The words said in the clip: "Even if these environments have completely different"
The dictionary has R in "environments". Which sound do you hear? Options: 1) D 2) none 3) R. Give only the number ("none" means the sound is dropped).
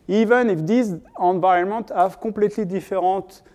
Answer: 2